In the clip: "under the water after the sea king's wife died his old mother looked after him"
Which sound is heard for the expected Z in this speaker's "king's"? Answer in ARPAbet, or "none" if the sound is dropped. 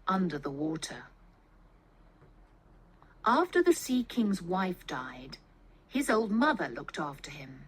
Z